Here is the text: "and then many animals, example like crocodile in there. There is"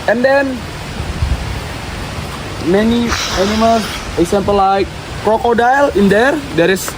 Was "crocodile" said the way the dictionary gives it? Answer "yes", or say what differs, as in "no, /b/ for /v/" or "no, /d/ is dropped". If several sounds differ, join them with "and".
yes